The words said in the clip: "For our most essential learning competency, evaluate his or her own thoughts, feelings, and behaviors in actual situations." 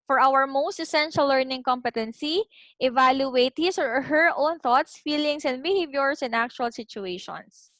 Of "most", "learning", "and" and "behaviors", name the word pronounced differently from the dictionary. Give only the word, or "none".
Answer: behaviors